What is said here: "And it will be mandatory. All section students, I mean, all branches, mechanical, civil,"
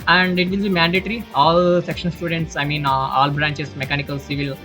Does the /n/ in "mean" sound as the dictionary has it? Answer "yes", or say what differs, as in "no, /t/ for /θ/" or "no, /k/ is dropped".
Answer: yes